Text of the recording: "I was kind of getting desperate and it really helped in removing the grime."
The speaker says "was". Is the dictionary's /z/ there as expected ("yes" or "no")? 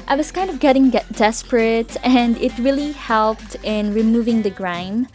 no